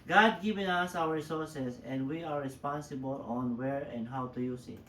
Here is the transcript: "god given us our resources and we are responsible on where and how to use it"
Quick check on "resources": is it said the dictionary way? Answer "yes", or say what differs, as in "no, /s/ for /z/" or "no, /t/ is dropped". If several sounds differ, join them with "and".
no, /s/ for /z/